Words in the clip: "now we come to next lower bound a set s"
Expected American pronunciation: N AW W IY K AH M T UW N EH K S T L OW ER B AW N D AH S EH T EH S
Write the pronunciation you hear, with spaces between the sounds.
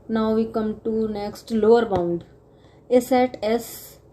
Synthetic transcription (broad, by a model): N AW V IY K AH M T UW N EH K S T L OW ER B AW N D AH S EH T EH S